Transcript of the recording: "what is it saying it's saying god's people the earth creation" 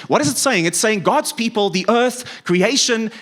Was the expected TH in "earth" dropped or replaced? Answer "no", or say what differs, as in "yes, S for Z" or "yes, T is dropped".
no